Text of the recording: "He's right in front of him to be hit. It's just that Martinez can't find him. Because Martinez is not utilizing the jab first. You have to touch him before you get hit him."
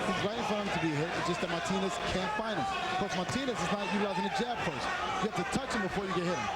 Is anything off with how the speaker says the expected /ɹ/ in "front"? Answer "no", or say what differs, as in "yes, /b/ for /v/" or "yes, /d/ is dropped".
yes, /ɹ/ is dropped